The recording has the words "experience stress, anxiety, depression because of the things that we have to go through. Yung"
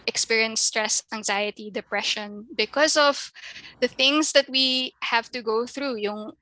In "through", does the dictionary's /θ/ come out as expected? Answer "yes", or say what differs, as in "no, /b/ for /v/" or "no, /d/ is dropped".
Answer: yes